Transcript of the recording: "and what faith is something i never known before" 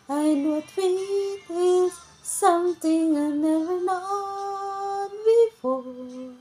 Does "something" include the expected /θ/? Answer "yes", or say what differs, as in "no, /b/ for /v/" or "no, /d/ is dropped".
no, /t/ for /θ/